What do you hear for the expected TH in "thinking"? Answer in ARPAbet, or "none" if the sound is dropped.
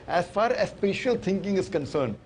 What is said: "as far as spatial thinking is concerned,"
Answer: T